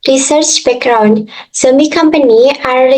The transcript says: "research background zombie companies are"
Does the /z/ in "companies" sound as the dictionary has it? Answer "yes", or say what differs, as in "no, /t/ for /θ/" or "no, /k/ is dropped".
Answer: no, /z/ is dropped